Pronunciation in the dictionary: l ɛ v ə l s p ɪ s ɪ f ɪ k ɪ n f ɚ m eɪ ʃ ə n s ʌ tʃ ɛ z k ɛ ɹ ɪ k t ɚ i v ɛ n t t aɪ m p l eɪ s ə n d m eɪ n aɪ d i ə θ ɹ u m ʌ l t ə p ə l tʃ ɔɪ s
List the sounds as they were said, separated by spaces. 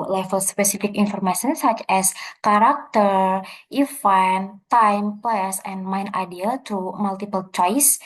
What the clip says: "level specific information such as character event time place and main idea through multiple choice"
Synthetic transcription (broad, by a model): l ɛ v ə l s p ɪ s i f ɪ k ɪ n f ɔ m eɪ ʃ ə n s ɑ tʃ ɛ s k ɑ ɹ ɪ k t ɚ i f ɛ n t t aɪ m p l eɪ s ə n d m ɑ n aɪ d i ə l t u m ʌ l t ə p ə l tʃ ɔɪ s